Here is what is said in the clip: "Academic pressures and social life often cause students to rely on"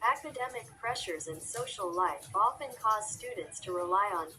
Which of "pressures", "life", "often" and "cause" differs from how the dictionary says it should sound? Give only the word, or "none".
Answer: none